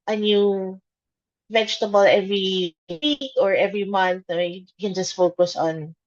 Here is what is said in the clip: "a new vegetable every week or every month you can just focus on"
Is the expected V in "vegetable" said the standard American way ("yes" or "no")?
yes